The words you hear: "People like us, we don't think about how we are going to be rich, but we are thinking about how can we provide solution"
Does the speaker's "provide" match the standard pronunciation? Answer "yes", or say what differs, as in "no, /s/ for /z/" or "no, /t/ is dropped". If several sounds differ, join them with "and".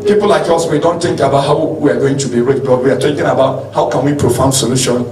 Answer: no, /f/ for /v/